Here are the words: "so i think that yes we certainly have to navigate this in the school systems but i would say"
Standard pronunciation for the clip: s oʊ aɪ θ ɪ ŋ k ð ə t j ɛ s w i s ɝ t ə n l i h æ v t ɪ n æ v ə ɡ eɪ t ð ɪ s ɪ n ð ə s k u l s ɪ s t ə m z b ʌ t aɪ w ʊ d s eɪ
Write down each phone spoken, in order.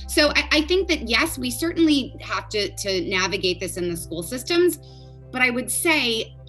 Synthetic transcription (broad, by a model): s oʊ aɪ θ ɪ ŋ k ð ə t j ɛ s w i s ɝ t n l i h æ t t ɪ n æ v ə ɡ eɪ t ð ɪ s ɪ n ð ə s k u l s ɪ s t ə m z b ʌ t aɪ w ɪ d s eɪ